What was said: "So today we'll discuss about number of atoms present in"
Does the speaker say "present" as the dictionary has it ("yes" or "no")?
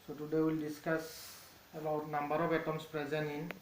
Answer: no